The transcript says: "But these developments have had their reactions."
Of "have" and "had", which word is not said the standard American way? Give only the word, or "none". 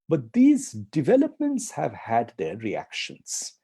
none